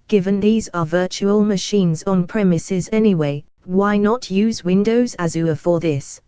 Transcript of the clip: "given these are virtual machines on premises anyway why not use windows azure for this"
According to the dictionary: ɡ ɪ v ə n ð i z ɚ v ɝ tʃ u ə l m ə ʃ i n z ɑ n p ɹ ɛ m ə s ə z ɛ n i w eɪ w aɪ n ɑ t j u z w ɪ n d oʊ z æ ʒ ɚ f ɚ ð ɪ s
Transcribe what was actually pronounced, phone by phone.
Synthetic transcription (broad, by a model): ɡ ɪ v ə n ð i z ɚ v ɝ tʃ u ə l m ə ʃ i n z n p ɹ ɛ m ə s ə z ɛ n i w eɪ w aɪ n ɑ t j u z w ɪ n d oʊ z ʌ z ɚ f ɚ ð ɪ s